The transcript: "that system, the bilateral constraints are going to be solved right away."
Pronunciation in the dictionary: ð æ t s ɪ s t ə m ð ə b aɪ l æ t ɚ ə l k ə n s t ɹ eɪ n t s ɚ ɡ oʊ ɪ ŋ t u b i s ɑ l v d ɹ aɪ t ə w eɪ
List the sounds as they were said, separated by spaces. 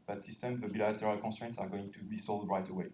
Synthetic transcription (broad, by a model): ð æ t s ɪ s t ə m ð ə b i l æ t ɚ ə l k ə s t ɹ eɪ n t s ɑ ɡ oʊ ɪ ŋ t u b i s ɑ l d ɹ aɪ t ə w eɪ